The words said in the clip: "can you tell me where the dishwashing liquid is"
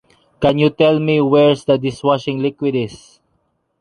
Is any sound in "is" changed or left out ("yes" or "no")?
yes